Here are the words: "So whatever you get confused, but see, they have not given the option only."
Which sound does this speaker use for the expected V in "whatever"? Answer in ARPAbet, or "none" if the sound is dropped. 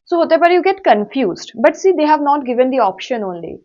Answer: P